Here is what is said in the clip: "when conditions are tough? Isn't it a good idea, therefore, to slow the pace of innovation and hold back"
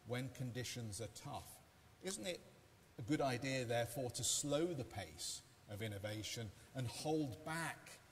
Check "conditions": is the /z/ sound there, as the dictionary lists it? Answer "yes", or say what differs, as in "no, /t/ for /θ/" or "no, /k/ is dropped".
yes